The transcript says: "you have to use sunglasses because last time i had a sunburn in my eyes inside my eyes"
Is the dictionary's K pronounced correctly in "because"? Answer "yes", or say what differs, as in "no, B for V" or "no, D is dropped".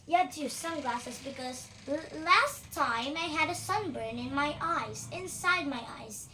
yes